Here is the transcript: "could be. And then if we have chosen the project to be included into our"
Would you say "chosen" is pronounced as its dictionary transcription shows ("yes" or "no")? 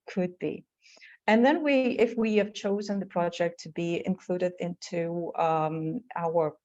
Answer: yes